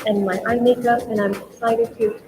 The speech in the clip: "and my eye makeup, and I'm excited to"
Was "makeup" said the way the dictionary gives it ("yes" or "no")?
no